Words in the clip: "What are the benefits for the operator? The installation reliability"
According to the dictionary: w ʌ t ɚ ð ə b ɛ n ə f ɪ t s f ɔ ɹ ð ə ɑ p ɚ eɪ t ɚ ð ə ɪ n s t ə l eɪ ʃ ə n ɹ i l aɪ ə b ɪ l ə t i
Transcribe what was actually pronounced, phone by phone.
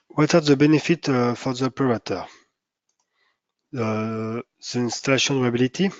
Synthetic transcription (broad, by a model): w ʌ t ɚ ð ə b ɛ n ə f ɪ t f ɔ ɹ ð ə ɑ p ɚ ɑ t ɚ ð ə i n s t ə l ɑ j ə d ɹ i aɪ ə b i l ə t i